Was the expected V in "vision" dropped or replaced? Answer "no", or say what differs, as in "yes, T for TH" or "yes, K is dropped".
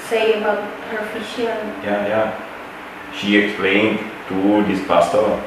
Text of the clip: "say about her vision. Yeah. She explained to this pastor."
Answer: yes, F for V